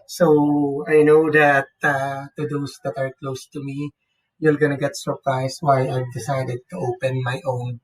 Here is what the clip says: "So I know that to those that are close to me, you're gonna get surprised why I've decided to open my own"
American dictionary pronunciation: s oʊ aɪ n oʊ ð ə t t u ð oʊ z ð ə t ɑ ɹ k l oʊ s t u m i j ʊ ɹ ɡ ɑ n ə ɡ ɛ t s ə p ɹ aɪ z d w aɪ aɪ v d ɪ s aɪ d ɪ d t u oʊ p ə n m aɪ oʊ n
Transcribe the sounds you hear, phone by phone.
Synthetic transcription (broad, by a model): s oʊ aɪ n oʊ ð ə t t u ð oʊ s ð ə t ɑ ɹ k l oʊ s t u m i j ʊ l ɡ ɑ n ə ɡ ɛ t s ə p ɹ aɪ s w aɪ aɪ v d ɪ s aɪ d ɪ d t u oʊ p ə n m aɪ oʊ n